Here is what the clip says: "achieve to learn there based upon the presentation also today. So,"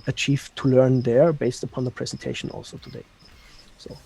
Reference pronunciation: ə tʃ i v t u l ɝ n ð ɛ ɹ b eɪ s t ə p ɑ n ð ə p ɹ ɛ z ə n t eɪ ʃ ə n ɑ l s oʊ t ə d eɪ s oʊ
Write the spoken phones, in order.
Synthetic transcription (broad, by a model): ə tʃ i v t u l ɝ n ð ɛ ɹ b eɪ s t ə p ɑ n ð ə p ɹ ɛ z ə n t eɪ ʃ ə n ɑ l s oʊ t ə d eɪ s oʊ